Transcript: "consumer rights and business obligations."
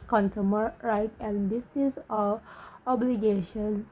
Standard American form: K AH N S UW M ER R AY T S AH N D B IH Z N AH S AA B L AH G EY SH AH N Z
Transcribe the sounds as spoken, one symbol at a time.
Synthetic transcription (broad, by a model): K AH N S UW M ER R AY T AH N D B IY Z N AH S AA B L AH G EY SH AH N